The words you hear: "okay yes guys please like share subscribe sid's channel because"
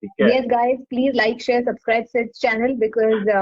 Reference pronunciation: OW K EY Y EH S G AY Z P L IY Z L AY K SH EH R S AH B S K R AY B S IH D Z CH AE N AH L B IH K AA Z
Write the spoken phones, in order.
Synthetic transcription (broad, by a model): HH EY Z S G AY Z P L IY Z L AY K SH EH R S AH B S K R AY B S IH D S CH AE N AH L B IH K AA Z